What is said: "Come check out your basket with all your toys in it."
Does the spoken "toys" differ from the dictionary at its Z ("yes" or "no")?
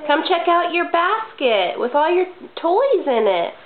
no